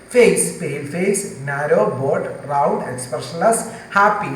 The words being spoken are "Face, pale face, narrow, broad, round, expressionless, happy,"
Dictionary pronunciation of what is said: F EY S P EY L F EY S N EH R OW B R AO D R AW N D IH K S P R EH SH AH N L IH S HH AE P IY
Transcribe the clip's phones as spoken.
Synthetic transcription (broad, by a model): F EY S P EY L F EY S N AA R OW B AO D R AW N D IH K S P R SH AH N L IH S HH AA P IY